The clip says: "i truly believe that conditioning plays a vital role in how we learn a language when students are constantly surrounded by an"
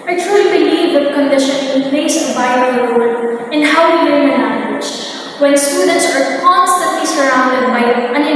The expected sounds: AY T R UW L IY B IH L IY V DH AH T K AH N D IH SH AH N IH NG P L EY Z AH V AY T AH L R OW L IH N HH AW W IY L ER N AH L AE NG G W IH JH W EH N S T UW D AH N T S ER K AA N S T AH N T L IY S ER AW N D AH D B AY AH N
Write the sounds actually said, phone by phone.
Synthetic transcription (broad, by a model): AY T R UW L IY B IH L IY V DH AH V K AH N D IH SH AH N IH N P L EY S AH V AY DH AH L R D IH N HH AW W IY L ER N AH N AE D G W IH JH W EH N S T UW D AH N T S ER K AA N S T AH N T L IY S ER AW N D AH D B AY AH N